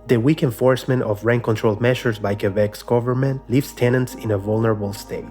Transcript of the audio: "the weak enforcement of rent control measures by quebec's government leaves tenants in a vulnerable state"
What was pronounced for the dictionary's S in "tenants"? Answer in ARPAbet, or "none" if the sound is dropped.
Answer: S